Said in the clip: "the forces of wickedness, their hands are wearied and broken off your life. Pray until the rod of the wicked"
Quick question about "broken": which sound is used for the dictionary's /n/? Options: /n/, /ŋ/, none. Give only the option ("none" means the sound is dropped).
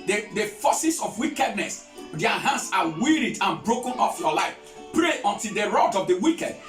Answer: /n/